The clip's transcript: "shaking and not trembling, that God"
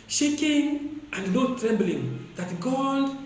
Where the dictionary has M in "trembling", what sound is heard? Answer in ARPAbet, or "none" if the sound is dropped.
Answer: M